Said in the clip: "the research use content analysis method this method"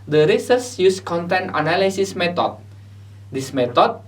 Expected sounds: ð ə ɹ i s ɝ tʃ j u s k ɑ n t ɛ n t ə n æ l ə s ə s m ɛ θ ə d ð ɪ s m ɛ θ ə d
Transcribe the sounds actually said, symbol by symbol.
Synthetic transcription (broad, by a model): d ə ɹ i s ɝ s j u s k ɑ n t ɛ n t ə n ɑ l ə s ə s m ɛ t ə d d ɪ s m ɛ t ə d